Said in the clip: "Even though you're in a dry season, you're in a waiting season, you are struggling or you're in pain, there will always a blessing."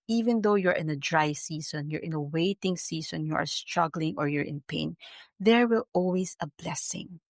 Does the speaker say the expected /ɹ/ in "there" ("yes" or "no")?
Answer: yes